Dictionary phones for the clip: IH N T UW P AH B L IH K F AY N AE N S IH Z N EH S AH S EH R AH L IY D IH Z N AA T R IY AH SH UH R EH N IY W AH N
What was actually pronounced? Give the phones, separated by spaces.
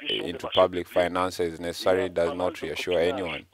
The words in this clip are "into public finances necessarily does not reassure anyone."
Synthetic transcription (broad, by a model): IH N T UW P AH B L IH K F AY N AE N S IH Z N EH S AH S EH R AH L IY D IH Z N AA T R IY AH SH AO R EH N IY W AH N